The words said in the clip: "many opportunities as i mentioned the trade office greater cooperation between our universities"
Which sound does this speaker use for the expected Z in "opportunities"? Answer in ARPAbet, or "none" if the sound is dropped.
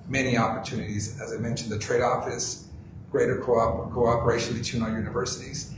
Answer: Z